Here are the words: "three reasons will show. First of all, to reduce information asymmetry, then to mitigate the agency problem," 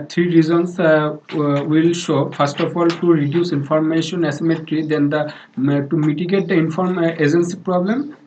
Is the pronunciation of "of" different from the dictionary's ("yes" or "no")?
yes